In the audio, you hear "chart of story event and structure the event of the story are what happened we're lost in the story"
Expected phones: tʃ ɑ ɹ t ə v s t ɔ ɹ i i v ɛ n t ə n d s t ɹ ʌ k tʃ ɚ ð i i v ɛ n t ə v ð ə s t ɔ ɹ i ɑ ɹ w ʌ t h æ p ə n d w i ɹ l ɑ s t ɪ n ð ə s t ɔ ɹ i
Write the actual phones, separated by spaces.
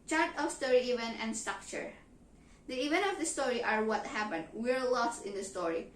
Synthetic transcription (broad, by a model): tʃ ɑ ɹ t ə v s t ɔ ɹ i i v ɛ n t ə n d s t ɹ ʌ k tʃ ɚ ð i i v ɛ n t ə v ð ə s t ɔ ɹ i ɑ ɹ w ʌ t h æ p ə n d w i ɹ l ɑ s t ɪ n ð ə s t ɔ ɹ i